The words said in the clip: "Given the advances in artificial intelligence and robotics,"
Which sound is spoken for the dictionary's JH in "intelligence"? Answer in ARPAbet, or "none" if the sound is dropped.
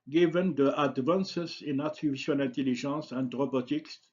ZH